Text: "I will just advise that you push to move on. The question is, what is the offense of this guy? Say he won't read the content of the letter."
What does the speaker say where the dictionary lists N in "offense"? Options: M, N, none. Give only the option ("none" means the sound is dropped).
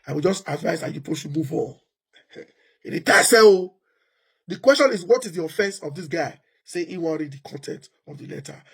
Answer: N